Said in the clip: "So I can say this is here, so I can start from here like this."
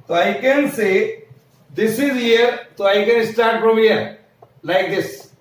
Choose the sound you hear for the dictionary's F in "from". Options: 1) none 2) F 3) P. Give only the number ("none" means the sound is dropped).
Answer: 3